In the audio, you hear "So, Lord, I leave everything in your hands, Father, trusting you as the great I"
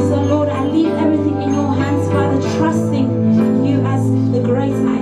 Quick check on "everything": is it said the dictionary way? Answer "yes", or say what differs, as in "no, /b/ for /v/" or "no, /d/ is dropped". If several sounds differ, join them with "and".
yes